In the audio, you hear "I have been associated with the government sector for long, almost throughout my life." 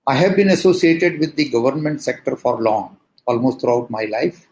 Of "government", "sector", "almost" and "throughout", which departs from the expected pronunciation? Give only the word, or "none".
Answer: throughout